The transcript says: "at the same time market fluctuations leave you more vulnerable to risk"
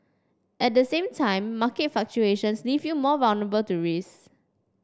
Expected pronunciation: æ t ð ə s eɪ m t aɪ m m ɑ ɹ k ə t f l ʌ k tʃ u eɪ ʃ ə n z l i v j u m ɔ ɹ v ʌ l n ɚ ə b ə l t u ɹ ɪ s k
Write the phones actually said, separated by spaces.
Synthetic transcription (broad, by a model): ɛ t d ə s eɪ m t aɪ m m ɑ k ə t f ɑ k tʃ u eɪ ʃ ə n s l i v j u m ɔ v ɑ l n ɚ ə b ə l t u ɹ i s